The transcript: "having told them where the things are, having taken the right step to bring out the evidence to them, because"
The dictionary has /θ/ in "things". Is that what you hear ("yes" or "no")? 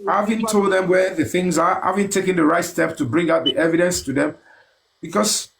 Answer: yes